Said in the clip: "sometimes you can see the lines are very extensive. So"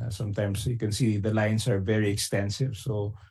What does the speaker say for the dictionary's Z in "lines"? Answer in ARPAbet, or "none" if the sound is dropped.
S